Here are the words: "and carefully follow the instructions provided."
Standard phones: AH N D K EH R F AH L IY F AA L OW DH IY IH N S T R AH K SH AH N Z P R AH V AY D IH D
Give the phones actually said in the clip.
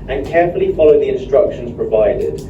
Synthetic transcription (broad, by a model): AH N K EH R F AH L IY F AA L OW DH IY IH N S T R AH K SH AH N Z P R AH V AY D IH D